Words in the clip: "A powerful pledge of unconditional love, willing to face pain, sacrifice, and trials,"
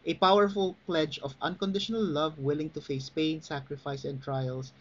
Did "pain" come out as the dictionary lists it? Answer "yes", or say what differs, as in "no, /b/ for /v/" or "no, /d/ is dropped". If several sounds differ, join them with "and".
yes